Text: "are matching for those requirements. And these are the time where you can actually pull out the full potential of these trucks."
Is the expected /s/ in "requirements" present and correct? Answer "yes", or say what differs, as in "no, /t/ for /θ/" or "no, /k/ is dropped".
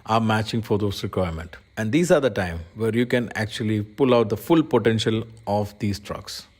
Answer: no, /s/ is dropped